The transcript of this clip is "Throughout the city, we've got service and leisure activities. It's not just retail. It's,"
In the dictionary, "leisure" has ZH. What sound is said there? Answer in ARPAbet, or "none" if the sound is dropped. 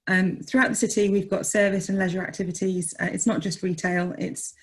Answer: ZH